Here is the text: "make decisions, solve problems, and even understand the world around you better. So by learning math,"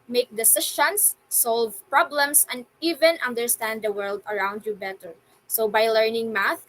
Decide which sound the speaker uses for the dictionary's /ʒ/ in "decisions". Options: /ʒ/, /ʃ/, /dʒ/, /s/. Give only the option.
/ʃ/